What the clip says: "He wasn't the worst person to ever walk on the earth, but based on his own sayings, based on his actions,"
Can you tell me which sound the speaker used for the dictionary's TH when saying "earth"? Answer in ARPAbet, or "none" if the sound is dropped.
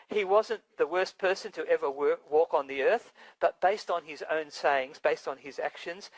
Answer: TH